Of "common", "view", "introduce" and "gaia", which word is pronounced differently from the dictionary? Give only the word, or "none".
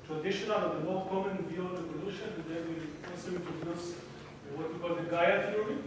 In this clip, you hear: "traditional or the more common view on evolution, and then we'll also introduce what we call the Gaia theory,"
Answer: introduce